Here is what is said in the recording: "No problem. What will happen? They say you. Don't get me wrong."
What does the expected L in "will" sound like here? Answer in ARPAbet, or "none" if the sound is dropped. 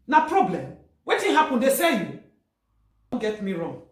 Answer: N